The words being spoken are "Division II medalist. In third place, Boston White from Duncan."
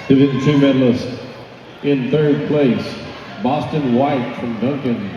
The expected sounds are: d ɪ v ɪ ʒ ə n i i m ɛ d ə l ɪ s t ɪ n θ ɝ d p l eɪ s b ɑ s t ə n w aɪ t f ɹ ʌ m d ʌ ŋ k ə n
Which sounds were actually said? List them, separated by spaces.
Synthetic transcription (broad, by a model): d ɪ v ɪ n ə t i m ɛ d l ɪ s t ɪ n θ ɝ d p l eɪ s b ɑ s t ə n w aɪ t f ɹ ʌ m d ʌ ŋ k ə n